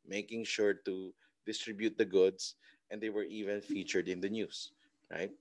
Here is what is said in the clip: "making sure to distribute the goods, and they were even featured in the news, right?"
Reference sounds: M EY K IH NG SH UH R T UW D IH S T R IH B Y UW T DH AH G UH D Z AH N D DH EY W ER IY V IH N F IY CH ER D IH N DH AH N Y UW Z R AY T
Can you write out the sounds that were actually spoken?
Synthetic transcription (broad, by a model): M EY K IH NG SH UH R T UW D IH S T R IH B Y UW T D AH G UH D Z AH N D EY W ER IY V IH N F IY CH ER D IH N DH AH N Y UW S R AY T